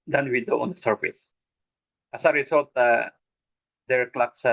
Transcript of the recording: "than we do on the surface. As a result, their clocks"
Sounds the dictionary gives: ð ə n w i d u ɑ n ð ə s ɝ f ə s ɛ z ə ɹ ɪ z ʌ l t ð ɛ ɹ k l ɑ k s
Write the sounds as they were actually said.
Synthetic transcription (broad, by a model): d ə n w i d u ɑ n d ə s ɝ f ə s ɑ s ə ɹ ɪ s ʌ l t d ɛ ɹ k l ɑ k s